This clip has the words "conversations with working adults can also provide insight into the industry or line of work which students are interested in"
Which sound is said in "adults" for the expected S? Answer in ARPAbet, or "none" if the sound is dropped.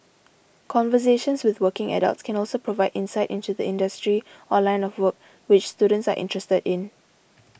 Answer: S